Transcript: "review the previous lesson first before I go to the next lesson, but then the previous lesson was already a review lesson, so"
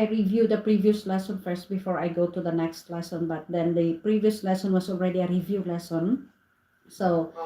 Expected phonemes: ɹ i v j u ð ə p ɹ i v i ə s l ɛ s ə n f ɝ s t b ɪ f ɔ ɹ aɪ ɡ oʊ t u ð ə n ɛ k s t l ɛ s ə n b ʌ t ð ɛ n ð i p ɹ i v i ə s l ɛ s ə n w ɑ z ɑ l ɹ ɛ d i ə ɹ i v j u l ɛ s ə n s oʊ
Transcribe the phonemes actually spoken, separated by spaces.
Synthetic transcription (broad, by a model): ɹ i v j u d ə p ɹ i v i ə s l ɛ s ə n f ɝ s t b ɪ f ɔ ɹ aɪ ɡ oʊ t u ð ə n ɛ k s t l ɛ s ə n b ʌ t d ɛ n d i p ɹ i v i ə s l ɛ s ə n w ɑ s ɑ l ɹ ɛ d i ə ɹ i v j u l ɛ s ə n s oʊ